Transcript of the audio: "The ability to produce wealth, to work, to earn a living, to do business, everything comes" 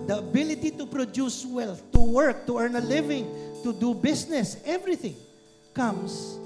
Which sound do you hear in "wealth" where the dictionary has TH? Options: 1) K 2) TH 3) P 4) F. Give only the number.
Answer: 4